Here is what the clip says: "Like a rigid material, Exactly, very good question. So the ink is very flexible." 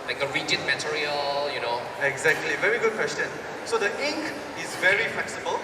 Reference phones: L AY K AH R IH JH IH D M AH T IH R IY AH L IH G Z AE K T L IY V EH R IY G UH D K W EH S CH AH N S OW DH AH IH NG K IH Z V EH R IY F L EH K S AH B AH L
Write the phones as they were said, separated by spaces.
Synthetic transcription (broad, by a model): L AY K AH R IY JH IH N M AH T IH R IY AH L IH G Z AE K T L IY V EH R IY G UH D K W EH S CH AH N S OW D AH IH NG K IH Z V EH R IY F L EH K S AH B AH L